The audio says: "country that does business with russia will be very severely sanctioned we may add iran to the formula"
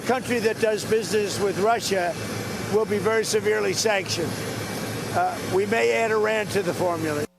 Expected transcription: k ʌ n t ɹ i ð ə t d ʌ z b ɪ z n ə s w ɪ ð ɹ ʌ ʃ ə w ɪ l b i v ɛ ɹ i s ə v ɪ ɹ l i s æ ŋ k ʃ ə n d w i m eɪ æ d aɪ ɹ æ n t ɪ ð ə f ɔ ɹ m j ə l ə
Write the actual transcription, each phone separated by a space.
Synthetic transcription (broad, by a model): k ʌ n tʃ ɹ i ð ə t d ʌ z b ɪ z n ə s w ɪ ð ɹ ʌ ʃ ə w ɪ l b i v ɛ ɹ i s ə v ɪ ɹ l i s æ ŋ k ʃ ə n d w i m eɪ æ d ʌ ɹ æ n t ɪ ð ə f ɔ ɹ m j l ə